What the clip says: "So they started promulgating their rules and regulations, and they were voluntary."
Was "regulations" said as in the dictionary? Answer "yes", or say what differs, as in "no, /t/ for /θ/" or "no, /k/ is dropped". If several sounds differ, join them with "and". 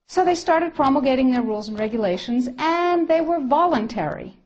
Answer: yes